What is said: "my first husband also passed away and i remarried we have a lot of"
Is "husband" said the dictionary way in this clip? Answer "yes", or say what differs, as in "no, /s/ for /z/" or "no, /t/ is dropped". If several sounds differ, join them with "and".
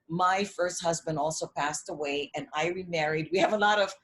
yes